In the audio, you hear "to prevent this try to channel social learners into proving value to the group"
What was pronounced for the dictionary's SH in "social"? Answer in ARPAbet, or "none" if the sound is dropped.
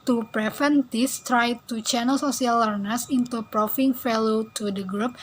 S